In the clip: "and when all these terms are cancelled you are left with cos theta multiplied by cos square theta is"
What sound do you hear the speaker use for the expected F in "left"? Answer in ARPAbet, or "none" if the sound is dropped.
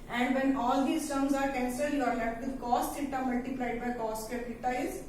none